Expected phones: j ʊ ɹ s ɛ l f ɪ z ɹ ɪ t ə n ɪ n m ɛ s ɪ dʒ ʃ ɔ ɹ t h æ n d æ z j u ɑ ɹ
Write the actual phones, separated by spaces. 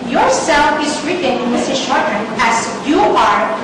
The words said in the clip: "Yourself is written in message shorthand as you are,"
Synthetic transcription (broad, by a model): j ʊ ɹ s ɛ l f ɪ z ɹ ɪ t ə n ɪ n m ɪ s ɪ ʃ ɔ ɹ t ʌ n æ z j u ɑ ɹ